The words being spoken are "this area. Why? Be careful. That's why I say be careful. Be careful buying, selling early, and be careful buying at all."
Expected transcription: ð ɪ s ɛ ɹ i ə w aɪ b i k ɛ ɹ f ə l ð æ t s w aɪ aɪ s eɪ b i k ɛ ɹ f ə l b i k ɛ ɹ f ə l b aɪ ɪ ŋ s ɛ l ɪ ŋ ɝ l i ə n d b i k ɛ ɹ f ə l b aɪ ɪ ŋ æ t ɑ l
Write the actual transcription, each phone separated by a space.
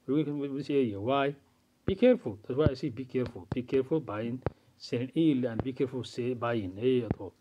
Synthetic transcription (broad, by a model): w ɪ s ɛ i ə w aɪ b i k ɛ ɹ f ə l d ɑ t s w aɪ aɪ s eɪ b i k ɛ ɹ f ə l b i k ɛ ɹ f ə l b aɪ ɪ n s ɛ n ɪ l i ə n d b i k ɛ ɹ f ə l b aɪ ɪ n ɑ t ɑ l